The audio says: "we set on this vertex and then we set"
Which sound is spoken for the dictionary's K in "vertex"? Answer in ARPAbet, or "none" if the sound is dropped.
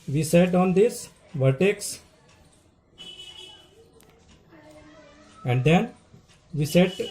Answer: K